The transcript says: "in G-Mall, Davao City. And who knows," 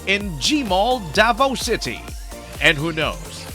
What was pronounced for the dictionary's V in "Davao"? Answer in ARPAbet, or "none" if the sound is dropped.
V